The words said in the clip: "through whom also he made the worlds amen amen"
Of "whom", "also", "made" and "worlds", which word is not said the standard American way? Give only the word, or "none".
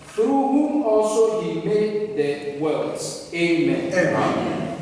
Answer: worlds